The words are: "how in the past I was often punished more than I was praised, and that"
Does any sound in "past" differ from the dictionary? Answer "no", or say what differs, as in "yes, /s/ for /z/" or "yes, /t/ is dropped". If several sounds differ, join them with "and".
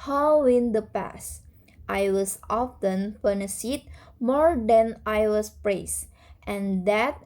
no